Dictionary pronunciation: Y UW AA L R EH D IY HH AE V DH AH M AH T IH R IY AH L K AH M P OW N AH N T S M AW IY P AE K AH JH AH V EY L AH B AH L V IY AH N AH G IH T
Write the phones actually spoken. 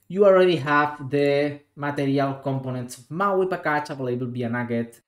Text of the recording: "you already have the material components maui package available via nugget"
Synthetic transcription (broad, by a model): Y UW AA L R EH D IY HH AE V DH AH M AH T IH R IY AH L K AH M P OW N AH N T S M AW IY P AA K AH CH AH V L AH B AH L B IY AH N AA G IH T